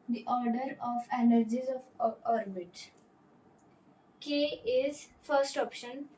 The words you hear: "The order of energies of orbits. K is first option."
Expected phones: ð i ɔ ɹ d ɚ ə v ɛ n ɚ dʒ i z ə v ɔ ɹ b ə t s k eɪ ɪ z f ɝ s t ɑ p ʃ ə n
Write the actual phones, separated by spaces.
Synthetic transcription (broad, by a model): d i ɔ ɹ d ɚ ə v ɛ n ɚ dʒ i z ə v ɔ ɹ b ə t k eɪ ɪ z f ɝ s t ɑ p ʃ ə n